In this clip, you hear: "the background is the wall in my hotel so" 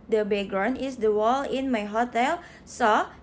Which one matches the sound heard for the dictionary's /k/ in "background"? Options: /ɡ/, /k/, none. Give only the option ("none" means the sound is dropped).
none